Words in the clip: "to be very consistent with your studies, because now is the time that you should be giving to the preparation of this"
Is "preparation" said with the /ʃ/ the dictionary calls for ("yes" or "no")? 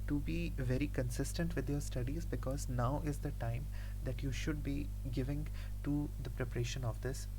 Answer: yes